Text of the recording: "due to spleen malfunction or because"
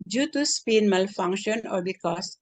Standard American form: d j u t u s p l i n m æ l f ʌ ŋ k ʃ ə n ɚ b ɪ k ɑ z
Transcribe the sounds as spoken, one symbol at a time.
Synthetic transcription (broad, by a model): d j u t u s p i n m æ l f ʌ ŋ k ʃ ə n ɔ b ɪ k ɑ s